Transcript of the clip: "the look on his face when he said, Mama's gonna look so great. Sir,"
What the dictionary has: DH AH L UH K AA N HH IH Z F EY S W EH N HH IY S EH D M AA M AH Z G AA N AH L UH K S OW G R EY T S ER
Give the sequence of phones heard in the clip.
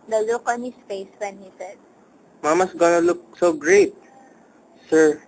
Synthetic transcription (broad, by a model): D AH L UH K AA N HH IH S F EY S W EH N HH IY S EH D M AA M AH S G AA N AH L UH K S OW G R EY T S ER